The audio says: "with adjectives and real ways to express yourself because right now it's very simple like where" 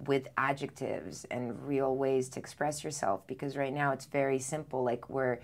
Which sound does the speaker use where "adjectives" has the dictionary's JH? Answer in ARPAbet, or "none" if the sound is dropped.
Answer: JH